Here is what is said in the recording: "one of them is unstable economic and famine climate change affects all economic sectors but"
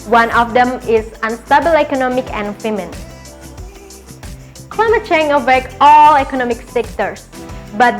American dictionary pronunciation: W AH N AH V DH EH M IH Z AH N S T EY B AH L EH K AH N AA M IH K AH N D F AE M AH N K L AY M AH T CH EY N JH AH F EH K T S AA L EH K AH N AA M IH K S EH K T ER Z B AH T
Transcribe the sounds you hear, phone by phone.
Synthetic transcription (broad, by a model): W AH N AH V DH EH M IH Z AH N S T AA B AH L EH K AH N AA M IH K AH N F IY M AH N K L AY M AH T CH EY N AH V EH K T AA L EH K AH N AA M IH K S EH K T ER S B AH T